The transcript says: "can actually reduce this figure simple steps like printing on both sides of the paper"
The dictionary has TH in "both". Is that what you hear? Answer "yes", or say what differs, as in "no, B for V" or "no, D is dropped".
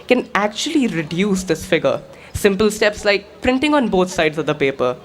no, T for TH